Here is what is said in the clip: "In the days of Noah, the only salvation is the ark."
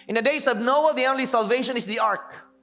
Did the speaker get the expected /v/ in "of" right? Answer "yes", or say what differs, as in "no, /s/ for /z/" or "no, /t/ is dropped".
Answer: no, /b/ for /v/